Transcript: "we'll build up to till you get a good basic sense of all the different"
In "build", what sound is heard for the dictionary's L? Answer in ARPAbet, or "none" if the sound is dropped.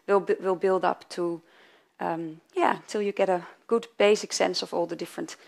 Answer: L